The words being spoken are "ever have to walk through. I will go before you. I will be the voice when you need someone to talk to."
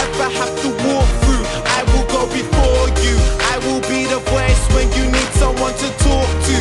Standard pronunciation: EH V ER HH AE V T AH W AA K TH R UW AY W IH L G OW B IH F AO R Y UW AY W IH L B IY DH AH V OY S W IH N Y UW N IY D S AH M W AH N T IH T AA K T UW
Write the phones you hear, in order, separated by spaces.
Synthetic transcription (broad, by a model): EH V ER HH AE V T AH W AA K TH R UW AY W IH L G OW B IH F AO R Y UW AY W IH L B IY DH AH P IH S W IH N Y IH N IY D S AH M W AH N T IH T AA K T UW